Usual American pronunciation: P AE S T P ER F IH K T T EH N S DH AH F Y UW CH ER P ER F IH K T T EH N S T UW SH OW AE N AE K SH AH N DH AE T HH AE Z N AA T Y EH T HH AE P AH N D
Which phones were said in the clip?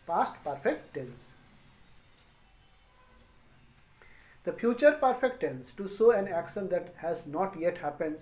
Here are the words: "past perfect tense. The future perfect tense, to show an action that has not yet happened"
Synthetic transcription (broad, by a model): P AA S T P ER F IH K T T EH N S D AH F Y UW CH ER P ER F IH K T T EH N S T UW S OW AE N AE K SH AH N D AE T HH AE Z N AA T Y EH T HH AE P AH N D